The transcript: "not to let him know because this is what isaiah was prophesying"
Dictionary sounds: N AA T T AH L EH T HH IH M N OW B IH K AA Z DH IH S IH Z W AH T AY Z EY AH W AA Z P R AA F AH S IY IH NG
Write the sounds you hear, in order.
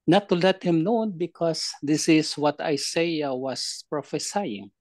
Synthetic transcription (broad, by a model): N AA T T AH L EH T HH IH M N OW B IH K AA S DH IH S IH S W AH T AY S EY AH W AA S P R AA F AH S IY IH NG